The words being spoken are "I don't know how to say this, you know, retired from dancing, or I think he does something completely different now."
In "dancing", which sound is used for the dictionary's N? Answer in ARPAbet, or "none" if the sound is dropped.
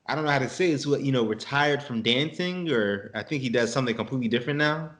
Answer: N